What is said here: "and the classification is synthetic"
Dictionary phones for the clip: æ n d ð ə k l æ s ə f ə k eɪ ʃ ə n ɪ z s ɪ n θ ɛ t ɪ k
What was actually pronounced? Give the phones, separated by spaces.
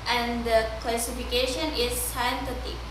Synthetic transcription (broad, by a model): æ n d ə k l æ s ə f ə k eɪ ʃ ə n ɪ z s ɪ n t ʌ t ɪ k